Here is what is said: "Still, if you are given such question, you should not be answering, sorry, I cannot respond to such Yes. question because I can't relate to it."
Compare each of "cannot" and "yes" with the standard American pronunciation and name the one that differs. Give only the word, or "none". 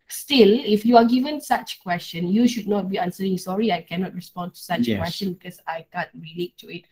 yes